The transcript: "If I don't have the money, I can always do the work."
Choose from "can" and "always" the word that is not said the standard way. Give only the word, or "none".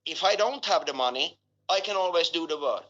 none